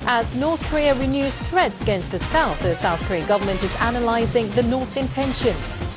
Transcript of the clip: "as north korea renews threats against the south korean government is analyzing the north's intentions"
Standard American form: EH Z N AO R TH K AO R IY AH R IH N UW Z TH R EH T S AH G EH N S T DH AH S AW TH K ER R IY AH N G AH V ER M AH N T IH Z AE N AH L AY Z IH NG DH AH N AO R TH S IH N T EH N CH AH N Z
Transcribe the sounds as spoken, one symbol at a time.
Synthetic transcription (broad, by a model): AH Z N AO R TH K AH R IY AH R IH N UW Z TH R EH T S AH G EH N S T DH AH S AW TH K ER R IY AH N G AH V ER M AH N T IH Z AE N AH L AY Z IH NG DH AH N AO R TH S IH N T EH N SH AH N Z